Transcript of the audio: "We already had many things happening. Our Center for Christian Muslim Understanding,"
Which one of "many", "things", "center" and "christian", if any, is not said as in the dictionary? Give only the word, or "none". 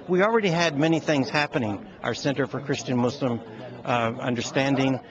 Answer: none